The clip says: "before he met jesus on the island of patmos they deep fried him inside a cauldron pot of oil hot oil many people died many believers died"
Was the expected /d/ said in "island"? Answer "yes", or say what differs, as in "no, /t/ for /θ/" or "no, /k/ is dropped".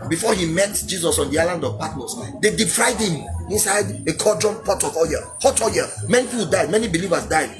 yes